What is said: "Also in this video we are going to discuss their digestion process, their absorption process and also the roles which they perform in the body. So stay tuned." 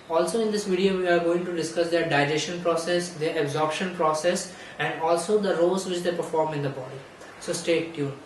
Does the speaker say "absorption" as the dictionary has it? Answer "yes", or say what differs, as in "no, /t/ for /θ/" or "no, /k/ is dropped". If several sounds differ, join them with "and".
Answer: yes